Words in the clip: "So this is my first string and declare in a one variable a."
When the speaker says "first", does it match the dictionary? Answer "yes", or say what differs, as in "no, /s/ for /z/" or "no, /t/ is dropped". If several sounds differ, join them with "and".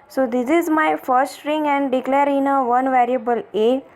no, /s/ is dropped